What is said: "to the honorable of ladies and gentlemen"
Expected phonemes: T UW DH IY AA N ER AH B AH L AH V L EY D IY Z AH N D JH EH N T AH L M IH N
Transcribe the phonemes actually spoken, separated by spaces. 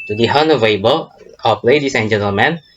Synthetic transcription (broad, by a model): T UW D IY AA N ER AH B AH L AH P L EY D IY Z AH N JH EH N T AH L M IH N